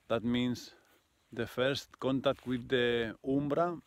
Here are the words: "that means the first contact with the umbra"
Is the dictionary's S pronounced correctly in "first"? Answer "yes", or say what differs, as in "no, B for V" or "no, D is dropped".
yes